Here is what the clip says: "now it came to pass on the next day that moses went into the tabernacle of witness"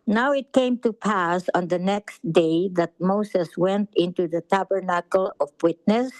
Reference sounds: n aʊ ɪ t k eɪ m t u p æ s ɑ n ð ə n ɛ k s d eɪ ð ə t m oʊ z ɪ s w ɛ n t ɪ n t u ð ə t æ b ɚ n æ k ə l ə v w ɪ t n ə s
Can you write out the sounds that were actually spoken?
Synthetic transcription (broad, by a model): n aʊ ɪ t k eɪ m t u p æ s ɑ n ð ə n ɛ k s d eɪ ð ə t m oʊ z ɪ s w ɛ n t ɪ n t u ð ə t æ b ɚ n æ k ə l ə v w ɪ t n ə s